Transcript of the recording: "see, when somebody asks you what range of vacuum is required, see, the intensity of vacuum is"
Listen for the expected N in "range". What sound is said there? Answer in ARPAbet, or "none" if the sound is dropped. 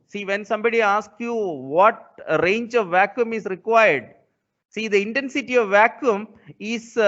N